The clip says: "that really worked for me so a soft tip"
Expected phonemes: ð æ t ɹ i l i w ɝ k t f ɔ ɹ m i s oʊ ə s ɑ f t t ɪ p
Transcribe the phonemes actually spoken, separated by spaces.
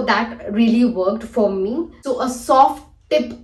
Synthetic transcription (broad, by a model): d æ t ɹ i l i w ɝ k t f ɔ ɹ m i s oʊ ə s ɑ f t t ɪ p